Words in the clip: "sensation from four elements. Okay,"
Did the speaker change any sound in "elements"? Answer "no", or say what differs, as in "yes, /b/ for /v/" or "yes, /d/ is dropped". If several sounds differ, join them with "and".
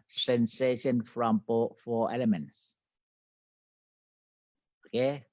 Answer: no